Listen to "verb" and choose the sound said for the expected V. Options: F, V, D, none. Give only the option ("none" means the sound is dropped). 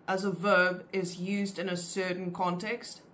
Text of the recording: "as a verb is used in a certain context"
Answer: V